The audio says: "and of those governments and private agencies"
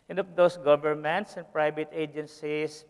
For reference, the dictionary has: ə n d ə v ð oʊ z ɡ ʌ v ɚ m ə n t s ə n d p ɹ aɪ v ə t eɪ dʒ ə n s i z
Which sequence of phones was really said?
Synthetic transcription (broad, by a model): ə n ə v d oʊ s ɡ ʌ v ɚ m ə n t s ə n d p ɹ aɪ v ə t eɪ dʒ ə n s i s